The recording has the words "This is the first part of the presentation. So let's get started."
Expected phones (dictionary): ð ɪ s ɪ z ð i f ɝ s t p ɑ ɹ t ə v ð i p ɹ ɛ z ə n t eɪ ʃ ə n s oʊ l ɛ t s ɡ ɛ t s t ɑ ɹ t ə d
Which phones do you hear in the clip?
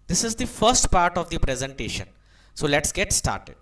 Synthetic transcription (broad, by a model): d ɪ s ɪ z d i f ɝ s t p ɑ ɹ t ə v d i p ɹ ɛ z ə n t eɪ ʃ ə n s oʊ l ɛ t s ɡ ɛ t s t ɑ ɹ t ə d